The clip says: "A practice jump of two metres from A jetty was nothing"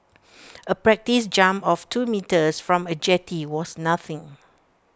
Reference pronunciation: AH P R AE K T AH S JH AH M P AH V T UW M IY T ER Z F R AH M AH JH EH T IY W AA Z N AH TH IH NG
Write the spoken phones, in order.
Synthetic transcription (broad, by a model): AH P R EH K T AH S JH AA M AH F T UW M IY T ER S F R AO M AH JH EH T IY W AA S N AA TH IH NG